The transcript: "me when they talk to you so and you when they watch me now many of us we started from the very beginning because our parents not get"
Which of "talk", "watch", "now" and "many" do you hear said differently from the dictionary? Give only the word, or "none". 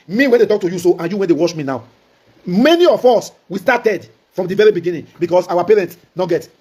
watch